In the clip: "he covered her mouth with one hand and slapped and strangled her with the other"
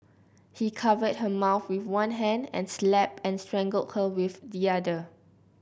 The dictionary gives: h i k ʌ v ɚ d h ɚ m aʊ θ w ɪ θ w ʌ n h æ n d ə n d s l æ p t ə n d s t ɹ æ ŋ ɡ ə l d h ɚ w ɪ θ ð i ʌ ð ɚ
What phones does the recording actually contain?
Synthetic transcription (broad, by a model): h i k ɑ v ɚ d h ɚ m aʊ θ w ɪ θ w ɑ n h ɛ n d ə n s l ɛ p ə n s t ɹ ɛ ŋ ɡ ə l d h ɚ w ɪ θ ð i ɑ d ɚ